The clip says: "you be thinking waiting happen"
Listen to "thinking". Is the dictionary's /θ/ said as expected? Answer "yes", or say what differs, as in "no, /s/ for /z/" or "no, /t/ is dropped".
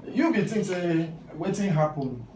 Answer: no, /t/ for /θ/